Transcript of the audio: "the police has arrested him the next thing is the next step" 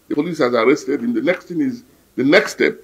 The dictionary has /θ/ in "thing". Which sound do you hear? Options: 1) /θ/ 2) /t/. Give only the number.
2